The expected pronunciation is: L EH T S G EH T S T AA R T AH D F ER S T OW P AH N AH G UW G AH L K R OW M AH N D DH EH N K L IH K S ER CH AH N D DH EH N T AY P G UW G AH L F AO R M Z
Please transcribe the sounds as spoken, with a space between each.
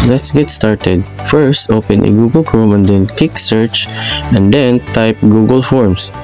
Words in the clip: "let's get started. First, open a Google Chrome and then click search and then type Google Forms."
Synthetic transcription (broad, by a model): L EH T S G EH T S T AA R T AH D F ER S T OW P AH N AH G UW G AH L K R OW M AH N D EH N K IH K S ER CH AH N D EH N T AY P G UW G AH L F AO R M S